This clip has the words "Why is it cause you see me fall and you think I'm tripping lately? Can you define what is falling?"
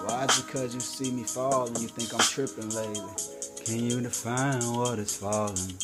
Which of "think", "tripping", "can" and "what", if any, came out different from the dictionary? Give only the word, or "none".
none